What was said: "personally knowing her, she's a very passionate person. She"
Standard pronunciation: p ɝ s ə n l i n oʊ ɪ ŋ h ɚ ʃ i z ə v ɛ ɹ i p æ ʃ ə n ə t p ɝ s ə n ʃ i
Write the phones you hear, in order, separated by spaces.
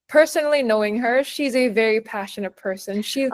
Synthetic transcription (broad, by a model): p ɝ s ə n l i n oʊ ɪ ŋ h ɚ ʃ i z ə v ɛ ɹ i p æ ʃ ə n ə t p ɝ s ə n ʃ i